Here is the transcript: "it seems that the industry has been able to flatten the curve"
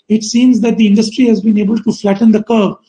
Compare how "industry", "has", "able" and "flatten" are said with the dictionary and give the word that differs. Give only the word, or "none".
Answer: none